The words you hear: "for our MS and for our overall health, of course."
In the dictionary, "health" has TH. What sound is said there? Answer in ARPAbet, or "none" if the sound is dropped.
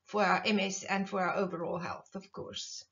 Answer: TH